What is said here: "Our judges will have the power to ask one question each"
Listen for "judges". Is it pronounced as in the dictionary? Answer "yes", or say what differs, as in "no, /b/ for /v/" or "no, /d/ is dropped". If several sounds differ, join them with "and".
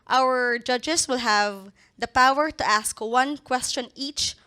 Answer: no, /s/ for /z/